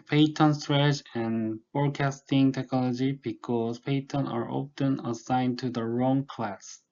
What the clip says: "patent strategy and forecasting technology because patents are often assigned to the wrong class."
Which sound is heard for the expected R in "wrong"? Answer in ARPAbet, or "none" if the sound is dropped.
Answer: R